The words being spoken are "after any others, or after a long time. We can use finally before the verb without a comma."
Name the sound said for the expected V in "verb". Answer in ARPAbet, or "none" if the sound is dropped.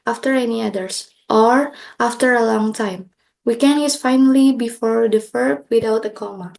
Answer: F